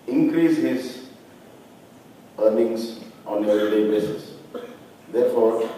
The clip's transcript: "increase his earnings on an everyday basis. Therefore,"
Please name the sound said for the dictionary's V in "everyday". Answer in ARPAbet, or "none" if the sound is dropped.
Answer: none